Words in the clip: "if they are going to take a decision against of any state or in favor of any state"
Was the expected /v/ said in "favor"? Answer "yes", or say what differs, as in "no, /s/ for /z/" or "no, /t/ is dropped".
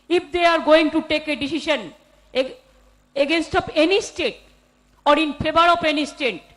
no, /b/ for /v/